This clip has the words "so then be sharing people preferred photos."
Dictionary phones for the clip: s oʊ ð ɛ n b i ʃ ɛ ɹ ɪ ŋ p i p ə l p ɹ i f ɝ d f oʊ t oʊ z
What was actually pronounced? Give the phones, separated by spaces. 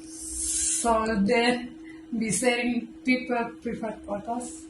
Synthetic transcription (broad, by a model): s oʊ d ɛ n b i s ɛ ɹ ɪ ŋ p i p ə l p ɹ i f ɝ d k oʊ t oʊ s